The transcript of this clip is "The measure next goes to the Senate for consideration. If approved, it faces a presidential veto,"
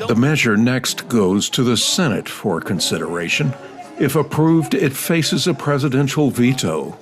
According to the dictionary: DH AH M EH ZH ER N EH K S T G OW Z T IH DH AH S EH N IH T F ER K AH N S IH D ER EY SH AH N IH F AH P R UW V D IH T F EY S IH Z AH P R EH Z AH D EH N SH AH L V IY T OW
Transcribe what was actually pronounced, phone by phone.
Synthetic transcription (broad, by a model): DH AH M EH ZH ER N EH K S T G OW Z T IH DH AH S EH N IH T F ER K AH N S IH D ER EY SH AH N IH F AH P R UW V D IH T F EY S IH Z AH P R EH Z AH D EH N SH L V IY T OW